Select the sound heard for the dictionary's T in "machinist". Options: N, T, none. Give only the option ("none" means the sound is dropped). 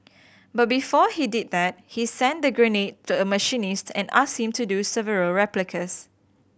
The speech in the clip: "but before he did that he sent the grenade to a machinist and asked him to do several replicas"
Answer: T